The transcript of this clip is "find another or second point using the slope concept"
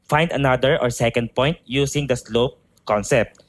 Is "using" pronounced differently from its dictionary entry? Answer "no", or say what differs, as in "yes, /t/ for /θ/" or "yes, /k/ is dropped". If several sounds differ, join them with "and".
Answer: yes, /s/ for /z/